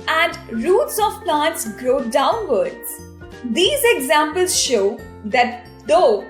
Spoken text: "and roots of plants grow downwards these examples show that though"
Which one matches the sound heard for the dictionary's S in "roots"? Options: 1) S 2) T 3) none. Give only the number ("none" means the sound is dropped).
1